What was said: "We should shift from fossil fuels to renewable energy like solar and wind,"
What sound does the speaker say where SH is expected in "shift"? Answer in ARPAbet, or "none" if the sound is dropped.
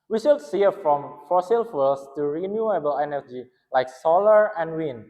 S